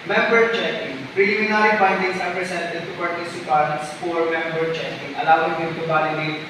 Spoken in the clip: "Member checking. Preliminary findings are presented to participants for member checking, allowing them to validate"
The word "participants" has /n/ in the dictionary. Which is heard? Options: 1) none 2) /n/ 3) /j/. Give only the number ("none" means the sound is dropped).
1